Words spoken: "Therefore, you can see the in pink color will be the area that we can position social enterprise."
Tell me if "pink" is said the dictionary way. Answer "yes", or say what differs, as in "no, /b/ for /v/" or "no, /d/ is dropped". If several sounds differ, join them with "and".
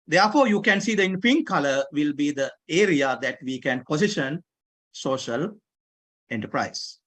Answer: no, /f/ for /p/